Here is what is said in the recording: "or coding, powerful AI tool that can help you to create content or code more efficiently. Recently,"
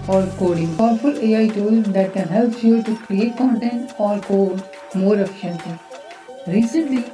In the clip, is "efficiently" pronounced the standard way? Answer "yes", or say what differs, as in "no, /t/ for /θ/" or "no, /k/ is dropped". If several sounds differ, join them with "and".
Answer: no, /l/ is dropped